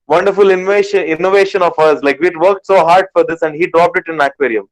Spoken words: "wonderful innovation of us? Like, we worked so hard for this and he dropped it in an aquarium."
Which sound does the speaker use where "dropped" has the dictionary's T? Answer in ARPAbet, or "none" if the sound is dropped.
T